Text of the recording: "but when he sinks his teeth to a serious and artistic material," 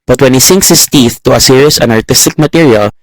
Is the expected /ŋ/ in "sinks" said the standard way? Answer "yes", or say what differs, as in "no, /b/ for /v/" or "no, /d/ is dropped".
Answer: yes